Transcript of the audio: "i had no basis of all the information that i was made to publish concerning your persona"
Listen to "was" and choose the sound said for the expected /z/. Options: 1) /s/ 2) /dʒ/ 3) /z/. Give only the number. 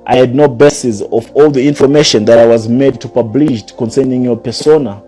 3